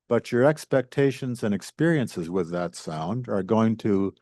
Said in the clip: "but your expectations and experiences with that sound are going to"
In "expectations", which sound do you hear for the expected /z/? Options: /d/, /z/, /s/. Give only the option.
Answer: /z/